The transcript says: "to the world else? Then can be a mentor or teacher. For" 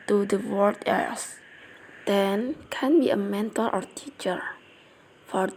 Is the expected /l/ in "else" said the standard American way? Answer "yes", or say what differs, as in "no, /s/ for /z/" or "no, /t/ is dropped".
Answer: no, /l/ is dropped